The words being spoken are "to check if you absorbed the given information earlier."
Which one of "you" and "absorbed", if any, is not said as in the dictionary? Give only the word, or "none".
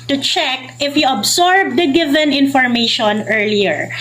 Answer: absorbed